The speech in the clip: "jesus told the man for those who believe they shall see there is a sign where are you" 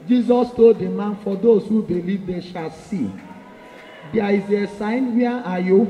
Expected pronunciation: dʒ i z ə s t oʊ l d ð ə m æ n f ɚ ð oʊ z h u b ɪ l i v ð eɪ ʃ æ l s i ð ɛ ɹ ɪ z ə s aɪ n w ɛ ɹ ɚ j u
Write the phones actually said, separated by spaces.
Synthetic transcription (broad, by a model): dʒ i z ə s t oʊ d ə m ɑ n f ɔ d oʊ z h u b ɪ l i v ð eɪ ʃ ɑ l s i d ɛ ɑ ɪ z ə s aɪ n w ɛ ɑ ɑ j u